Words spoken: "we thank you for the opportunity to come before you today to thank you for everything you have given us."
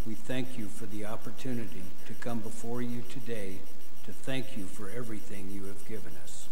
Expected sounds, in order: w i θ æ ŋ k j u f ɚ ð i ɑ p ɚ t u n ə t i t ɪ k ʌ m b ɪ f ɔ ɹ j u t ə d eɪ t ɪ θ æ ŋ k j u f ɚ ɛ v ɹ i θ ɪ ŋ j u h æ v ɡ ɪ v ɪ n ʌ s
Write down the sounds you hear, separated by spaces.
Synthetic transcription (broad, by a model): w i θ æ ŋ k j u f ɚ ð i ɑ p ɚ t u n ə t i t ɪ k ʌ m b ɪ f ɔ ɹ j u t ə d eɪ t ɪ θ æ ŋ k j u f ɚ ɛ v ɹ i θ ɪ ŋ j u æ v ɡ ɪ v ɪ n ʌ s